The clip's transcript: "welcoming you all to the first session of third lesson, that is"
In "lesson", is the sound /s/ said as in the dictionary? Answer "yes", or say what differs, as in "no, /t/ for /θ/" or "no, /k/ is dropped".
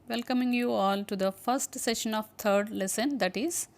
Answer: yes